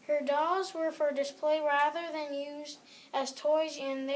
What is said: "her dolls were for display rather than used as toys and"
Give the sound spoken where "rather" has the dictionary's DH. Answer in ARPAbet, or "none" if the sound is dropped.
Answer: DH